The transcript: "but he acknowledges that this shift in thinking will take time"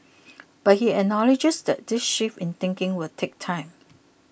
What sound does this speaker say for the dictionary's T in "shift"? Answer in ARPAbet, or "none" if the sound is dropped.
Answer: none